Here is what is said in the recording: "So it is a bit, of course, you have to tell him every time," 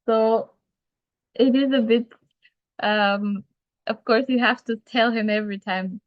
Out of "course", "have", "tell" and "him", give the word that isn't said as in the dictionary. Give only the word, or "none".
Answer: have